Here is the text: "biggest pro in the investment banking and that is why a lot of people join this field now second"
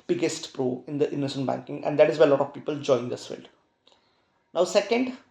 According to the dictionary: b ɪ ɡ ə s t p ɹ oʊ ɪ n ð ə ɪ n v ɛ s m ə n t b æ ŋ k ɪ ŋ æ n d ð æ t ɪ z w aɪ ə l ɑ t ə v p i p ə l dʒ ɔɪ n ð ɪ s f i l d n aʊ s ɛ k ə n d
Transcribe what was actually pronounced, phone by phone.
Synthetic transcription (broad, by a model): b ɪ ɡ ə s t p ɹ oʊ ɪ n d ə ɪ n ʌ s ə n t b æ ŋ k ɪ ŋ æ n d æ t ɪ z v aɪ ə l ɑ t ə v p i p ə l dʒ ɔɪ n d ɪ s f i l d n aʊ s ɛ k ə n d